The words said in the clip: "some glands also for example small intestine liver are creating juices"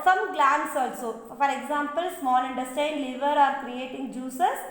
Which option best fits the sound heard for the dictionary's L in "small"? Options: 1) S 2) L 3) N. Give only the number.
3